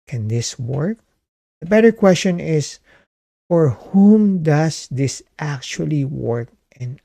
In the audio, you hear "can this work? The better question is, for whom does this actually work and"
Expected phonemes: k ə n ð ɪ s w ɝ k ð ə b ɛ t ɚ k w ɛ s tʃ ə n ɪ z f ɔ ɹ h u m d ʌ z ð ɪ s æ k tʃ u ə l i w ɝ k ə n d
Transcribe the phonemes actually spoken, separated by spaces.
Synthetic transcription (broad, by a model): k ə n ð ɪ s w ɝ k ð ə b ɛ t ɚ k w ɛ s tʃ ə n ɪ s f ɔ ɹ h u m d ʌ s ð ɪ s æ k tʃ u ə l i w ɝ k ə n